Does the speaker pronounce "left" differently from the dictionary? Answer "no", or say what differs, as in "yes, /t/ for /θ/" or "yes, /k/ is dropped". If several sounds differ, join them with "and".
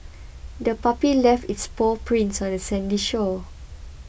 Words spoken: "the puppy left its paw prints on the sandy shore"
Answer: no